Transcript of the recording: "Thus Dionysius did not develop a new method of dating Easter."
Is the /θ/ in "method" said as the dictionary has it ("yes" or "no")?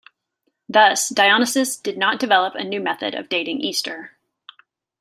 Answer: yes